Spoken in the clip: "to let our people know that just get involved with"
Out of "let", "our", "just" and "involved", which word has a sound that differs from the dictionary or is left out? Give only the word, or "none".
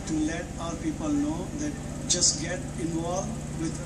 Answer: involved